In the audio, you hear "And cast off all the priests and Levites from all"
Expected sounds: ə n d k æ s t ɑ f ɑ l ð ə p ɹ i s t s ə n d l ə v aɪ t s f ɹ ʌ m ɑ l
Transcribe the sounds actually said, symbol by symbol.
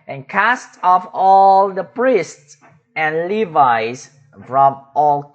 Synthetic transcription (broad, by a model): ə n k æ s t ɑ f ɑ l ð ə p ɹ i s t s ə n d l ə v aɪ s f ɹ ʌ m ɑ l